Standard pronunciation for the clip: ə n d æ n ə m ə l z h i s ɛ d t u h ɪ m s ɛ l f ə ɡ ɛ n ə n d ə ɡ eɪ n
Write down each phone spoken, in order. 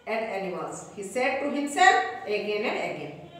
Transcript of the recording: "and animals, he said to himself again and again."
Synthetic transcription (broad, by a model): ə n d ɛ l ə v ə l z h i s ɛ d t u h ɪ m s ɛ l f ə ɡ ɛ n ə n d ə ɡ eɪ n